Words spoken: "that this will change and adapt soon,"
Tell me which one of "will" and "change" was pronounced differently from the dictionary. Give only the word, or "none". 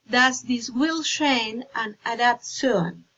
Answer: change